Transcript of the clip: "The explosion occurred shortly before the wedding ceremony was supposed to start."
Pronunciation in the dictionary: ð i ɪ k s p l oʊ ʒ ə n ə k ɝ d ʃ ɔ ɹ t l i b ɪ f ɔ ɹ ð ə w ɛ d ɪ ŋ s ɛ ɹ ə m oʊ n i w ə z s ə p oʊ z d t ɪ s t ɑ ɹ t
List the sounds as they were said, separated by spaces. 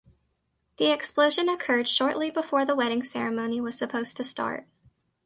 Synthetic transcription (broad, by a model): ð i ɪ k s p l oʊ ʒ ə n ə k ɝ d ʃ ɔ ɹ t l i b ɪ f ɔ ɹ ð ə w ɛ d ɪ ŋ s ɛ ɹ ə m oʊ n i w ə z s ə p oʊ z t ɪ s t ɑ ɹ t